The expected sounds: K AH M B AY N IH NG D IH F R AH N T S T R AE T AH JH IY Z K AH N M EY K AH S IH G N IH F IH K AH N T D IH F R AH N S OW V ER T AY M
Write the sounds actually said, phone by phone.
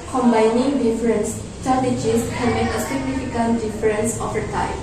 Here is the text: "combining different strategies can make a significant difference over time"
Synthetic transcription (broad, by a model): K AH M B AY N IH NG D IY F R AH N S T AA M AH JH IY S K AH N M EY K AH S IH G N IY F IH K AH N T D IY F R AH N S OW F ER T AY